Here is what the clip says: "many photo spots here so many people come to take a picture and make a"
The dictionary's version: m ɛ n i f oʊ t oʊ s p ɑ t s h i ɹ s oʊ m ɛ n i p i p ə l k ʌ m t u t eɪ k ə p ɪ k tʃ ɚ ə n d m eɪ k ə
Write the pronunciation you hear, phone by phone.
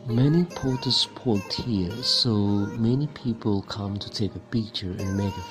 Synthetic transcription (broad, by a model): m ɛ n i p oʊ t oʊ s p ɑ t h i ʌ s oʊ m ɛ n i p i p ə l k ʌ m t u t eɪ k ə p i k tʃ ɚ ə n m eɪ k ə